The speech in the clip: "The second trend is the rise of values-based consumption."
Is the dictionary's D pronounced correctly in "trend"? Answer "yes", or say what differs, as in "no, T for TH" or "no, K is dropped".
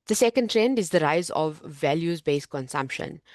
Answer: yes